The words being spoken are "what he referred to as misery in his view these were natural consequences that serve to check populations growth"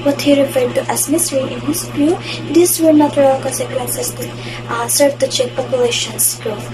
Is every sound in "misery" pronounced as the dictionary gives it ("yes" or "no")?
no